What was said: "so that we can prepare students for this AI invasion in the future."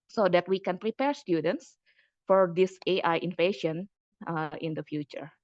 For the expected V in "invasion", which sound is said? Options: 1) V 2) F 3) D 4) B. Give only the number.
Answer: 2